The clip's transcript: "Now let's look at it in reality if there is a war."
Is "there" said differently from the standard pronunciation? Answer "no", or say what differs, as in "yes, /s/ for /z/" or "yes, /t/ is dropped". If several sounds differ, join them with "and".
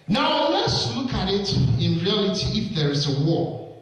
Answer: no